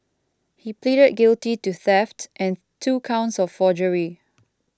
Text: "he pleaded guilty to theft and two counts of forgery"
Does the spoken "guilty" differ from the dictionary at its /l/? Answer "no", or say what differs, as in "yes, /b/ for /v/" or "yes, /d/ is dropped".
no